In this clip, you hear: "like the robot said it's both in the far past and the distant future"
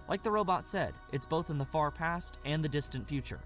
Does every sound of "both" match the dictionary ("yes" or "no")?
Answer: yes